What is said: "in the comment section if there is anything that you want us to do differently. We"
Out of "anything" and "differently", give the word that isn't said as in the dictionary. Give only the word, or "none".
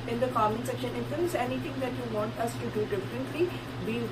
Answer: anything